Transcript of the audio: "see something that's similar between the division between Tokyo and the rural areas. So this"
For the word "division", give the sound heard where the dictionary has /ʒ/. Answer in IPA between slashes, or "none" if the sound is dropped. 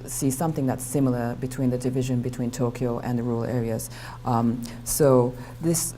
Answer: /ʒ/